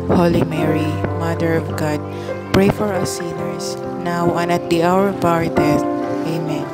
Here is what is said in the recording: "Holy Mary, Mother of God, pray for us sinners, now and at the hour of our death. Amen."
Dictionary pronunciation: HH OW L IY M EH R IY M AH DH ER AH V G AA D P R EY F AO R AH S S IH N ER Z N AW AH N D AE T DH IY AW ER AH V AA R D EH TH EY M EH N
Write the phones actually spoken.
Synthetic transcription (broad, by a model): HH OW L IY M EH R IY M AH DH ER AH V G AA D P R EY F AO R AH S S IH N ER S N AW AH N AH T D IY AW ER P AA R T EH T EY M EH N